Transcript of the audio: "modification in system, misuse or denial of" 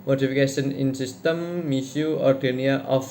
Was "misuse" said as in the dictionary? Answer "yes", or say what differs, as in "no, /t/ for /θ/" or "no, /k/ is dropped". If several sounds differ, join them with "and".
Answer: no, /z/ is dropped